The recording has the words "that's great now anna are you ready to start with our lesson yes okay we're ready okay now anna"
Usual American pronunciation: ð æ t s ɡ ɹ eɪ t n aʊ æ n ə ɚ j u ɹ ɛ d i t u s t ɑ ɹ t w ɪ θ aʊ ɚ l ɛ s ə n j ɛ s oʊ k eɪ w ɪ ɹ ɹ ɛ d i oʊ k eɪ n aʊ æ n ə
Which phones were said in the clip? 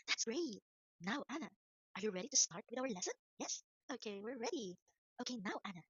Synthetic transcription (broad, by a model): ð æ t s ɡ ɹ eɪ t n aʊ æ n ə ɚ j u ɹ ɛ d i t u s t ɑ ɹ t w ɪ aʊ ɚ l ɛ s ə n j ɛ s oʊ k eɪ w ɪ ɹ ɹ ɛ d i oʊ k eɪ n aʊ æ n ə